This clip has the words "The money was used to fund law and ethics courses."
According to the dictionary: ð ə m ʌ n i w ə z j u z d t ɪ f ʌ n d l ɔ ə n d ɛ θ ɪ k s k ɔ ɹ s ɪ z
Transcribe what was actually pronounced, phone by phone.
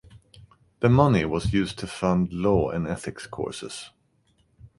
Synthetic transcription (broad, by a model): ð ə m ʌ n i w ə z j u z t ɪ f ʌ n d l ɔ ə n ɛ θ ɪ k s k ɔ ɹ s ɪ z